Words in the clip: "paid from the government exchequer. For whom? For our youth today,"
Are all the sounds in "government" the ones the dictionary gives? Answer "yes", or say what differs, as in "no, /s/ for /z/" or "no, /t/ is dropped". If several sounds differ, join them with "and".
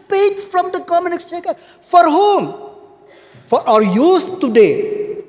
no, /t/ is dropped